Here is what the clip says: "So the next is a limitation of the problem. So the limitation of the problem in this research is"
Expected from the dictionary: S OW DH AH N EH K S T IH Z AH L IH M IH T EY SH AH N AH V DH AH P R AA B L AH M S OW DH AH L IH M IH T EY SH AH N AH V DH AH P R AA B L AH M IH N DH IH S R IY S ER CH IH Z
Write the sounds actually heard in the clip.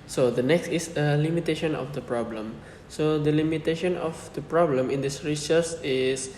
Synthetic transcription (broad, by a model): S OW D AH N EH K S T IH S AH L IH M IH T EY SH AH N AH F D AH P R AA B L AH M S OW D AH L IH M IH T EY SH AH N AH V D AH P R AA B L AH M IH N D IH S R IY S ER S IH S